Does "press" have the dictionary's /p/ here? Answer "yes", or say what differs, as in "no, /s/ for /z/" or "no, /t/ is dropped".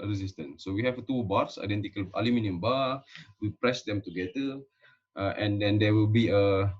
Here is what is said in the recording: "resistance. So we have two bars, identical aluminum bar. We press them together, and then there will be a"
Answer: yes